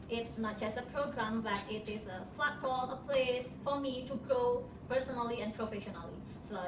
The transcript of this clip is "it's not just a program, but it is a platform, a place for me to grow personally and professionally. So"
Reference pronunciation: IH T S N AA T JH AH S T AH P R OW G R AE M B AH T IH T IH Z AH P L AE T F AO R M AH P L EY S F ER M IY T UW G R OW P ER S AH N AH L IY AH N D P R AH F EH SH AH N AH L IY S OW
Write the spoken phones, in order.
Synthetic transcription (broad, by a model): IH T S N AA T JH AH S T AH P R OW G R AE M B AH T IH T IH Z AH F L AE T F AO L AH P L EY S F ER M IY T UW G R OW P ER S AH N AH L IY AH N D P R AH F EH SH AH N AH L IY S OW